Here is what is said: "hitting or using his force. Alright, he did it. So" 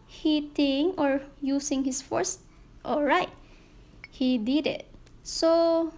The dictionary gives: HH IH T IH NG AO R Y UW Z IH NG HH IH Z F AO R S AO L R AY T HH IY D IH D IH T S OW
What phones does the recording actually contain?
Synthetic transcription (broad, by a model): HH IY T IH NG AO R Y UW S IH NG HH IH S F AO R S AO L R AY T HH IY D IH D IH T S OW